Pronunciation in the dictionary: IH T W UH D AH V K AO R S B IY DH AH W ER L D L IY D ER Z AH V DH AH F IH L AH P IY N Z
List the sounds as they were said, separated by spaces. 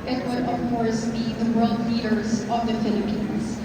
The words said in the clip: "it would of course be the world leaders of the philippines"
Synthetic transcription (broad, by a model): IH T W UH D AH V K AO R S B IY DH AH W ER L D L IY D ER Z AH V DH AH F IH L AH P IY N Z